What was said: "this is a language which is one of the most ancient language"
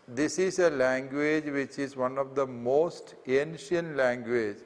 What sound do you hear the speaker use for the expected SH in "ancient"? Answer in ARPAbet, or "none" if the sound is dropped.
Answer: SH